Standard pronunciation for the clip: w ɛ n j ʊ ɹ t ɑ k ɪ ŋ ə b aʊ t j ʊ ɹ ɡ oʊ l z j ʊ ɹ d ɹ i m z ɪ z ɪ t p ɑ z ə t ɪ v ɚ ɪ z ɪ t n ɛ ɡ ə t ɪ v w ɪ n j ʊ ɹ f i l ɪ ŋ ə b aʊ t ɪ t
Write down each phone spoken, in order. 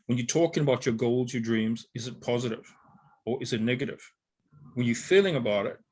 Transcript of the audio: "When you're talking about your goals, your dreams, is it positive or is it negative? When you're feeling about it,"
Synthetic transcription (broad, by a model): w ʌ n j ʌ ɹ t ɑ k ɪ ŋ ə b aʊ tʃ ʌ ɹ ɡ oʊ l z j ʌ ɹ d ɹ i m z ɪ z ɪ t p ɑ z ə t ɪ v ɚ ɪ z ɪ t n ɛ ɡ ə t ɪ v w ɪ n j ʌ ɹ f i l ɪ ŋ ə b aʊ t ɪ t